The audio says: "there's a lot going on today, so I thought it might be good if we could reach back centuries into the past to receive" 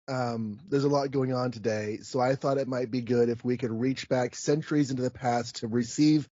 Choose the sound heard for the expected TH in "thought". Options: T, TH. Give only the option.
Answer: TH